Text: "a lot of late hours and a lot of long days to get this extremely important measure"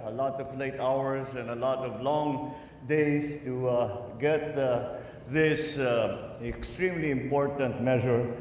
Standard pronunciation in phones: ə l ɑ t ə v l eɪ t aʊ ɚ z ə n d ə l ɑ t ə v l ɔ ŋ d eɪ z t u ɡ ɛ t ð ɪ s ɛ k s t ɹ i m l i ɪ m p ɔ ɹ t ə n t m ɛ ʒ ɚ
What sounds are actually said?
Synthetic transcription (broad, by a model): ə l ɑ t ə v l eɪ t aʊ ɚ s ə n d ə l ɑ t ə v l ɔ ŋ d eɪ s t u ɡ ɛ t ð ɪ s ɛ k s t ɹ i m l i ɪ m p ɔ ɹ t ə n t m ɛ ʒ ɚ